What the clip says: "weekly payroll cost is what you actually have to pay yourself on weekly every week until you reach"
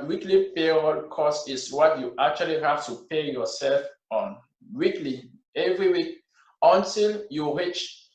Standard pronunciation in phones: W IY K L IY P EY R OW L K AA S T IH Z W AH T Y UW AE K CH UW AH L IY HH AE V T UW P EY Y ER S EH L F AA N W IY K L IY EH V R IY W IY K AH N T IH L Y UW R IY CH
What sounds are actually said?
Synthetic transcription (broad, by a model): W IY K L IY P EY OW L K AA S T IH S W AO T Y UW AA K CH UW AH L IY HH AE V T UW P EY Y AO S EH L F AA N W IY K L IY EH V R IY W IY K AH N T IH L Y UW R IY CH